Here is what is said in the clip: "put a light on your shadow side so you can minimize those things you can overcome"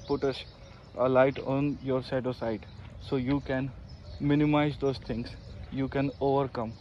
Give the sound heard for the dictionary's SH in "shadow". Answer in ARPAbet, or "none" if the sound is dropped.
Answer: S